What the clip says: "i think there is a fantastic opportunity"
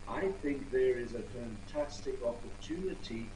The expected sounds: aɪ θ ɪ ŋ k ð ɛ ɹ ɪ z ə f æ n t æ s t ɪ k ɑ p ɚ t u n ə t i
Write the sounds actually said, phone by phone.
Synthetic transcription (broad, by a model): aɪ θ ɪ ŋ k ð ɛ ɹ ɪ z ə f æ n t æ s t ɪ k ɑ p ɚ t u n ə t i